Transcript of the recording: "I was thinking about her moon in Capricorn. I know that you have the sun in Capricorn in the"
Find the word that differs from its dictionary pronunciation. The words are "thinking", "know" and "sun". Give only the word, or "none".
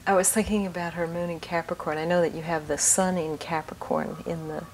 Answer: none